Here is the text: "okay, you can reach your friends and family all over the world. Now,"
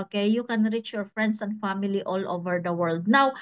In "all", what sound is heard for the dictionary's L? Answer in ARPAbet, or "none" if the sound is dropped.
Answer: L